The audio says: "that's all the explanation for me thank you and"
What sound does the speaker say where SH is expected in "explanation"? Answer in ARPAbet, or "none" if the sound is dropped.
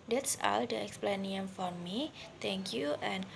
none